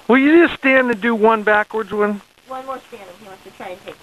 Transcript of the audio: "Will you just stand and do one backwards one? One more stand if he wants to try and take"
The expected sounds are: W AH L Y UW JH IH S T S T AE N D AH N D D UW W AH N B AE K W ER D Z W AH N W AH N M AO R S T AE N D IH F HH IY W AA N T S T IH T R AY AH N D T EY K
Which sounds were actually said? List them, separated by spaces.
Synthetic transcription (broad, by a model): W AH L Y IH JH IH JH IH S T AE N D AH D D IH W AH N B AE K W ER D Z W AH N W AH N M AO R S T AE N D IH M HH IY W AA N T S T IH T R AY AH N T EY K